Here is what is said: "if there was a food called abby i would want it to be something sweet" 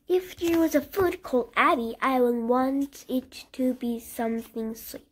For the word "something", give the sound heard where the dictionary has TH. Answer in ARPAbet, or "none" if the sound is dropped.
TH